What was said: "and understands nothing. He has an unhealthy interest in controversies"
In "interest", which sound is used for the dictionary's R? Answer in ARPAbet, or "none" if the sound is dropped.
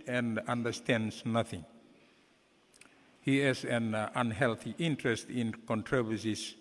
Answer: R